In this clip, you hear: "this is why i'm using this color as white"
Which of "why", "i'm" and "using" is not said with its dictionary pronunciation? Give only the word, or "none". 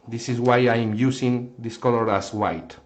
using